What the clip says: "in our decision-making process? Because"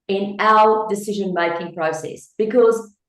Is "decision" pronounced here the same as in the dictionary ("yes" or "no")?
yes